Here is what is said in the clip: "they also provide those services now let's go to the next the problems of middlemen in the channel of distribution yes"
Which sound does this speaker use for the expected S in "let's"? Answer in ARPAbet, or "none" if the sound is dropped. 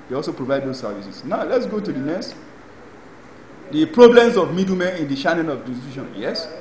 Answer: S